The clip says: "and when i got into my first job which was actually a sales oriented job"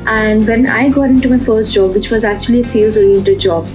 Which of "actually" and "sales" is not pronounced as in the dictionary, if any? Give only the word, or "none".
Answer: none